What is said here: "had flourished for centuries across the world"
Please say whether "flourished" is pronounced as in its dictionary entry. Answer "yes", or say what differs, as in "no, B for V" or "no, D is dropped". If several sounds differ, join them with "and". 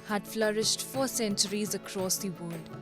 yes